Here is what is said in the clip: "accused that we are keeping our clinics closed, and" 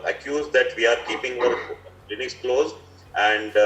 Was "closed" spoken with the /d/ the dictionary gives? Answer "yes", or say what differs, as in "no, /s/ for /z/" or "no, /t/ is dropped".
no, /d/ is dropped